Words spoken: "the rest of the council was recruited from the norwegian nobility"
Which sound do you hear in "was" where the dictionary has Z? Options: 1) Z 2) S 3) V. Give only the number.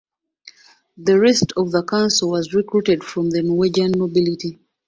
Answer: 1